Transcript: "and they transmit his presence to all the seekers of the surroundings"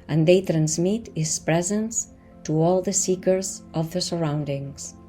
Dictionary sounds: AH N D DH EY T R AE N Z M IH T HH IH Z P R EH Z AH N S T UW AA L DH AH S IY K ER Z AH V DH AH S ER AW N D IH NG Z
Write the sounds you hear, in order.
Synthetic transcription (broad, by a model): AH N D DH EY T R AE N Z M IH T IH S P R EH Z AH N S T UW AA L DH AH S IY K ER Z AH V DH AH S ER AW N D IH NG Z